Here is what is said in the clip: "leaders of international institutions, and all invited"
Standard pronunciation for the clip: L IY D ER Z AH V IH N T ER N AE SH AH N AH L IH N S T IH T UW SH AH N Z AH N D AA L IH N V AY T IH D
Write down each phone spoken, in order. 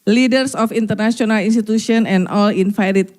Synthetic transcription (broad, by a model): L IY D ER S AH F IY N T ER N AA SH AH N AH L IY N S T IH T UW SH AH N AH N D AA L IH N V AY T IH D